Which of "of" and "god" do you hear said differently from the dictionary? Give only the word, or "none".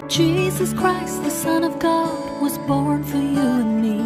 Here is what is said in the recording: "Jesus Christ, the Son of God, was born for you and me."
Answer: none